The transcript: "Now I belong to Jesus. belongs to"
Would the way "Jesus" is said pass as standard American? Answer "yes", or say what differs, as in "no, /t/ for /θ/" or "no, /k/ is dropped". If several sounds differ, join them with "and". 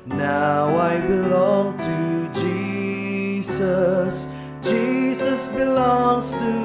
yes